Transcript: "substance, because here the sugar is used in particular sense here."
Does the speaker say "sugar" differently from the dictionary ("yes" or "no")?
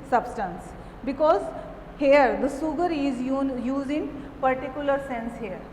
yes